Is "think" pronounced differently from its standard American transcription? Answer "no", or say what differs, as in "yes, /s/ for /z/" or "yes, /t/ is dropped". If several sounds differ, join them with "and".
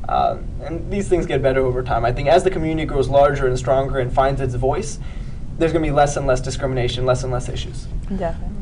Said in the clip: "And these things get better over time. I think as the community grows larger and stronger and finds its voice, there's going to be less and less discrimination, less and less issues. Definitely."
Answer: no